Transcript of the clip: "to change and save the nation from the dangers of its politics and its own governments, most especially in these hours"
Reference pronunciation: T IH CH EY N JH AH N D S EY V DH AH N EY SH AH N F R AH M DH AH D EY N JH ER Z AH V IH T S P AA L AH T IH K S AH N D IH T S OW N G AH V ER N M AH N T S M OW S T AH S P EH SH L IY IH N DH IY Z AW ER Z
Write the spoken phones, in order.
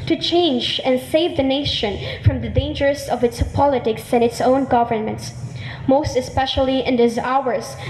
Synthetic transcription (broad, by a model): T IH CH EY N JH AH N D S EY V DH AH N EY SH AH N F R AH M DH AH D EY N JH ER S AH V IH T S P AA L AH T IH K S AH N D IH T S OW N G AH V ER N M AH N T S M OW S T AH S P EH SH L IY IH N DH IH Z AW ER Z